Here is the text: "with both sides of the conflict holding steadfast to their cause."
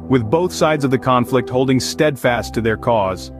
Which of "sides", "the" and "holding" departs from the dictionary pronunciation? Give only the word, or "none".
none